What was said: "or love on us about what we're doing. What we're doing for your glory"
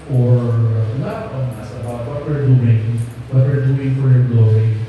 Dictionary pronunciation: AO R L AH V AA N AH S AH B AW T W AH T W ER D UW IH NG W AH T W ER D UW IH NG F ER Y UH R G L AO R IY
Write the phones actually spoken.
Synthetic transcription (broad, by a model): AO R N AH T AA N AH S AH B AW T W AH T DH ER D UW IH NG W AH T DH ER D UW IH NG F ER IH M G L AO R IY